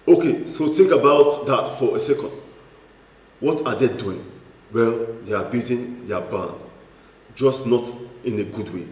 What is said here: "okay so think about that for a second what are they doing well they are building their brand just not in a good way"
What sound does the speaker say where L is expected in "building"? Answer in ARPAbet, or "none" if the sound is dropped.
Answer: none